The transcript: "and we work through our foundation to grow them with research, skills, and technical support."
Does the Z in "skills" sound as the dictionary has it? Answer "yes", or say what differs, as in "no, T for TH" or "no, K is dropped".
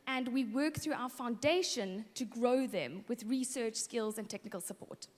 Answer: yes